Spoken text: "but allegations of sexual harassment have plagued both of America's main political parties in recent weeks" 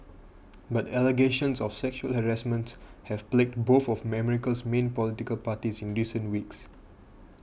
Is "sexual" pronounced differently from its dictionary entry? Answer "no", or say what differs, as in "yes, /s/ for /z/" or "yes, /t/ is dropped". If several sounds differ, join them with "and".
no